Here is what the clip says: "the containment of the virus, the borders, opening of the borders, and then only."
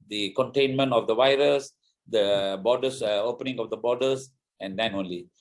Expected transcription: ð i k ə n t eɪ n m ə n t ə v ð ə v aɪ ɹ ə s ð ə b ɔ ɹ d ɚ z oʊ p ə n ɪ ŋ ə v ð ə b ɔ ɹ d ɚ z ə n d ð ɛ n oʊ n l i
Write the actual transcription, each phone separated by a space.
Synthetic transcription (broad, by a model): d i k ə n t eɪ n m ə n t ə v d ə v aɪ ɹ ə s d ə b ɔ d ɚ s oʊ p ə n ɪ ŋ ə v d ə b ɔ d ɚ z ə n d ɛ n oʊ n l i